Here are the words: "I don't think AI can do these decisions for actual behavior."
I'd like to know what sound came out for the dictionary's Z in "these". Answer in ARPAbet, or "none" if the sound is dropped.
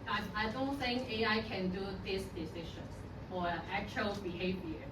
S